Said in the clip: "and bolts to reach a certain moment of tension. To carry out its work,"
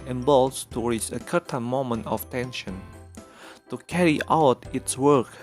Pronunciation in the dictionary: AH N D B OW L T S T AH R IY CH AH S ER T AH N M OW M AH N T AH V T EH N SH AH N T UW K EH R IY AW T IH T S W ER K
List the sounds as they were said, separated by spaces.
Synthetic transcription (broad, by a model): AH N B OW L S T AH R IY S AH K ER T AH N M OW M AH N T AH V T EH N SH AH N T UW K EH R IY AW T IH T S W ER K